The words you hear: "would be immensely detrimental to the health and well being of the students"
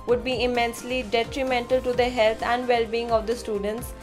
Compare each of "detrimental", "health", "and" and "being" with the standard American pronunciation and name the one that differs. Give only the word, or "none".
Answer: health